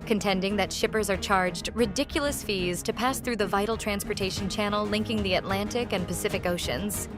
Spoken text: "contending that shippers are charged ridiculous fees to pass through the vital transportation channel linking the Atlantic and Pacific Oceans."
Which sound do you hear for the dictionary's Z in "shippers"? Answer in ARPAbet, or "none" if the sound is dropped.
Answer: Z